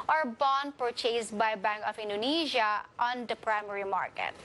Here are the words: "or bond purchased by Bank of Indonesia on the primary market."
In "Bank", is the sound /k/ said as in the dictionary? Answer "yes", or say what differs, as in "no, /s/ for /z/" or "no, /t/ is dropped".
yes